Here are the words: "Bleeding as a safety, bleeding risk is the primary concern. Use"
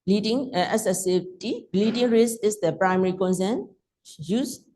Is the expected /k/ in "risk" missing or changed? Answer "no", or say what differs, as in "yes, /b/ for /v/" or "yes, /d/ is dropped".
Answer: yes, /k/ is dropped